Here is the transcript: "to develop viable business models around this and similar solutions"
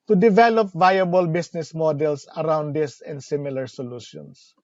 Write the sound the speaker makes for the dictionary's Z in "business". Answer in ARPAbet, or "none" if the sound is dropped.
S